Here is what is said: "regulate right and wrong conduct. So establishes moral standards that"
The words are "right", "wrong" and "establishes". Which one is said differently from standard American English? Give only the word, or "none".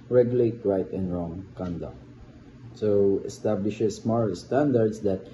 establishes